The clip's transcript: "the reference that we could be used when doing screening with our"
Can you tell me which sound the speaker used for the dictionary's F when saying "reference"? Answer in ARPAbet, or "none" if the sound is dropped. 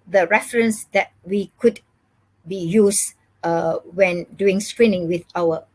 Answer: F